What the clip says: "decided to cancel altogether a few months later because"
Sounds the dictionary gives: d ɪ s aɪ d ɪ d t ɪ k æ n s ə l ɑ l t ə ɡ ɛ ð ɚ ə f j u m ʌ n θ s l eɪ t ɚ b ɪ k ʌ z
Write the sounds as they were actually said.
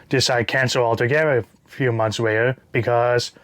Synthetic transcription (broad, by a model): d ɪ s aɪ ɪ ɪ k æ n s ə l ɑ l t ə ɡ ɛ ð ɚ ə f j u m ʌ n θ s w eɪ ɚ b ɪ k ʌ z